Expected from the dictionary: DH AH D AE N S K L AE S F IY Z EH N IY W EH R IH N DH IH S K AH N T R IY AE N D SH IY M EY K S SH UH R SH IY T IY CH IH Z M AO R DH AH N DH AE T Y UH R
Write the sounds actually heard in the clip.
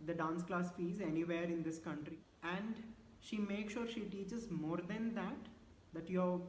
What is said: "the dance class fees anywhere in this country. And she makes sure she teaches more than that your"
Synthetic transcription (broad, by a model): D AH D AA N S K L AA S F IY Z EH N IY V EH R IH N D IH S K AH N T R IY AE N D SH IY M EY K SH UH R SH IY T IY CH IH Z M AO R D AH N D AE T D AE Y